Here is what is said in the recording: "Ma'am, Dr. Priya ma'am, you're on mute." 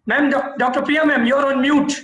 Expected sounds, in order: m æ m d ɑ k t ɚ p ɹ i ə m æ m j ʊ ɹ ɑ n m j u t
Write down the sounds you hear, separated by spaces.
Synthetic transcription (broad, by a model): m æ m d ɑ k t ɚ p i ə m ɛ m j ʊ ɹ ɑ n m j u t